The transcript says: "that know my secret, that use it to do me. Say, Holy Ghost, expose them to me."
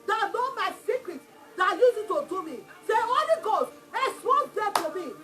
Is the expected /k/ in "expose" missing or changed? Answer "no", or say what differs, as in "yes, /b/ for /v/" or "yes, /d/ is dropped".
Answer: yes, /k/ is dropped